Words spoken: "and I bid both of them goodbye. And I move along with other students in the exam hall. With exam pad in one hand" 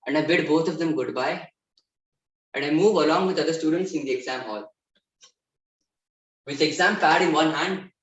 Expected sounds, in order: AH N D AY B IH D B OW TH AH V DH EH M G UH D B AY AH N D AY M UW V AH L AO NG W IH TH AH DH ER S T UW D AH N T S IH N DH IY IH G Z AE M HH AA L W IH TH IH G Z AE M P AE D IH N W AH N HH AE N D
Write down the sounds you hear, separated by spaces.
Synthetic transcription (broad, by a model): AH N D AY B IH D B OW T AH V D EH M G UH D B AY AH N D AY M UW V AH L AO NG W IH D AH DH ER S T UW D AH N T S IH N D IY IH G Z AE M HH AA L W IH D IH G Z AE M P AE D IH N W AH N HH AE N D